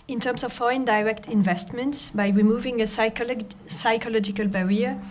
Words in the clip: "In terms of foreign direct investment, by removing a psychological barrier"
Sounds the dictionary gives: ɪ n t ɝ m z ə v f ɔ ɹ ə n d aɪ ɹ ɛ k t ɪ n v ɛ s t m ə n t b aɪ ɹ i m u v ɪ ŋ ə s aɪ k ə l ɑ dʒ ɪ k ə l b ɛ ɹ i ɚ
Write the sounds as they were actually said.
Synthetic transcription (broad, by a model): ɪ n t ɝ m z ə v f ɔ ɹ ə n d aɪ ɹ ɛ k t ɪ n v ɛ s t m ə n t b aɪ ɹ i m u v ɪ ŋ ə s aɪ k ə l ɑ dʒ ɪ k ə l b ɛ ɹ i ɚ